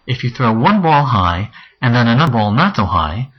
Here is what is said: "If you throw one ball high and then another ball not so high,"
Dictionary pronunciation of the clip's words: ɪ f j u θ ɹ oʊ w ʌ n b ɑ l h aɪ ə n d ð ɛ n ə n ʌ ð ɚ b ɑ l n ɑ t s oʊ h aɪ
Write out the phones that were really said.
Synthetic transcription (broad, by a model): ɪ f j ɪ θ ɹ oʊ w ʌ n b ɑ l h aɪ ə n ð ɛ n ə n ʌ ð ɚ b ɑ l n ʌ t s oʊ h aɪ